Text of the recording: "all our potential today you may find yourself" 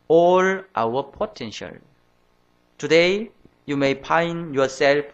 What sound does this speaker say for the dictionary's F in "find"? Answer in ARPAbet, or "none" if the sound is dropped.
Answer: P